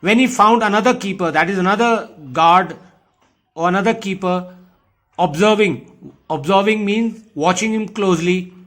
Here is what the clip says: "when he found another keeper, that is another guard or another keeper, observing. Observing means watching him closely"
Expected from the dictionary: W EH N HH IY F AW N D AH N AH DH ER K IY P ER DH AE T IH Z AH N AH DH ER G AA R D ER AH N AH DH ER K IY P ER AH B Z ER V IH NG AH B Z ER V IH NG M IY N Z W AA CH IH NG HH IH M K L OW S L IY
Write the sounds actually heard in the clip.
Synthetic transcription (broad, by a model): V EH N HH IY F AW N D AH N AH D ER K IY P ER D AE T IH Z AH N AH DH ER G AA R D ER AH N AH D ER K IY P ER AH B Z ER V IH NG AH B Z ER V IH NG M IY N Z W AA CH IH NG HH IH M K L OW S L IY